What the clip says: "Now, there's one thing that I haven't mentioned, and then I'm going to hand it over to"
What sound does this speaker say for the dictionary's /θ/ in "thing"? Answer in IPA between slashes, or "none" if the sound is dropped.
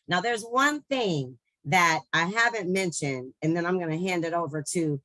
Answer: /θ/